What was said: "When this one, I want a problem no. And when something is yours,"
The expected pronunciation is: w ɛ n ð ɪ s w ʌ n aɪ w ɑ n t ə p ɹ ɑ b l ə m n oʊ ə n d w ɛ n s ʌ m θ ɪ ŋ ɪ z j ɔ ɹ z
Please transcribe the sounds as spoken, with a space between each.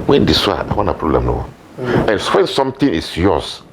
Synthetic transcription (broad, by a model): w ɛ n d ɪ s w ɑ aɪ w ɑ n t ə p ɹ ɑ b l ə m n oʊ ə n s w ɛ n s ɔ m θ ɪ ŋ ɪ s j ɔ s